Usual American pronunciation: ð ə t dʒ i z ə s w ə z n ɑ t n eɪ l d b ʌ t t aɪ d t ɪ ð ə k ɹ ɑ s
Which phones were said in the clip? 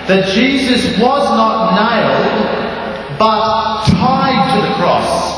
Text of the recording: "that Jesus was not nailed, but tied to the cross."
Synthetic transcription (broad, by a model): ð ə t dʒ i z ə s w ə z n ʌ t n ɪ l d b ʌ t t aɪ d t ɪ ð ə k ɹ ɑ s